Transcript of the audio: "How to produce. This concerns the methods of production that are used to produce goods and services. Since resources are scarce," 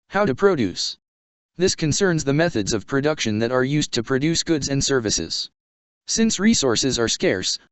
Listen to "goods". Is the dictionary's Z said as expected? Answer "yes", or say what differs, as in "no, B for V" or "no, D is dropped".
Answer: yes